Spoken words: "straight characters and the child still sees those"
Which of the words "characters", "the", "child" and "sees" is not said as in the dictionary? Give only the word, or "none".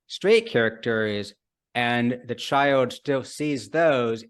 none